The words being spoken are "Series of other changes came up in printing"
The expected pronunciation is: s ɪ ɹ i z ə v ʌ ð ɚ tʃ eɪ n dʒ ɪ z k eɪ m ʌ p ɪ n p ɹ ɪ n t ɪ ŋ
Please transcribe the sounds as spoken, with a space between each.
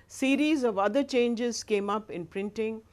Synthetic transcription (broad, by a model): s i ɹ i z ə v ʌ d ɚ tʃ eɪ n dʒ ɪ z k eɪ m ʌ p ɪ n p ɹ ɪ n t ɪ ŋ